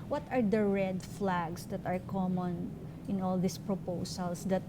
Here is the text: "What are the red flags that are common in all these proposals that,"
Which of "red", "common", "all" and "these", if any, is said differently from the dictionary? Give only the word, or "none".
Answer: these